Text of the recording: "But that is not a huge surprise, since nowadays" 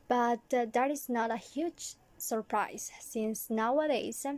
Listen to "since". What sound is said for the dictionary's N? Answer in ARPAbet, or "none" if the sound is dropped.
N